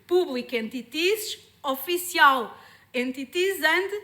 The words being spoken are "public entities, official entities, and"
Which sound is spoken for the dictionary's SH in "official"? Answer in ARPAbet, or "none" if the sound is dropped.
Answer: S